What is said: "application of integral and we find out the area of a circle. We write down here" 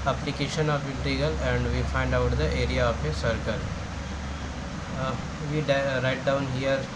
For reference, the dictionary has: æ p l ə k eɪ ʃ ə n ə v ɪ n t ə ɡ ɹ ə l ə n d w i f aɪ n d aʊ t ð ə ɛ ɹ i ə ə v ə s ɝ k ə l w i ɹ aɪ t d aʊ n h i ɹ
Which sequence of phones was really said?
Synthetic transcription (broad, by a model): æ p l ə k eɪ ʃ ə n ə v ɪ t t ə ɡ ə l ə n d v i f aɪ n d aʊ t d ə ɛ ɹ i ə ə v ə s ɝ k ə l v i ɹ aɪ t d aʊ n h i ɹ